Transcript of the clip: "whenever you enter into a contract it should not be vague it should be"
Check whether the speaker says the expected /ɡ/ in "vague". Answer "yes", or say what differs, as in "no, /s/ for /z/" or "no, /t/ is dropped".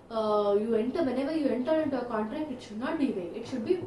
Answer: no, /ɡ/ is dropped